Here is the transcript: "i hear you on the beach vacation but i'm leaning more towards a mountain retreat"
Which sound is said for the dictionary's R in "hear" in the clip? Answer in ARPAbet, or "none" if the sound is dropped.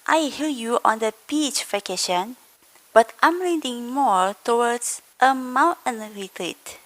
L